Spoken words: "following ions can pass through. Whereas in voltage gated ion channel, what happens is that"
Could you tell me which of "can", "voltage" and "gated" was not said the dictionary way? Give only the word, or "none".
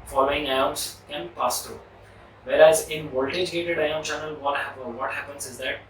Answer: none